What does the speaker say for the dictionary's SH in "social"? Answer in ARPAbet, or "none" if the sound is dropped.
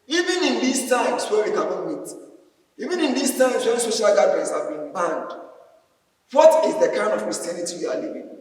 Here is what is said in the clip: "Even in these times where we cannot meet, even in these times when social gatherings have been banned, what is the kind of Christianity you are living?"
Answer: SH